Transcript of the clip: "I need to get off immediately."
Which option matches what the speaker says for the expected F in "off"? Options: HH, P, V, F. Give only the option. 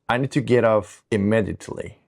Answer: P